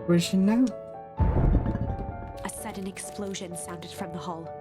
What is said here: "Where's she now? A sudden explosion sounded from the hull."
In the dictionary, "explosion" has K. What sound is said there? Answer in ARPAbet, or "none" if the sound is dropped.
K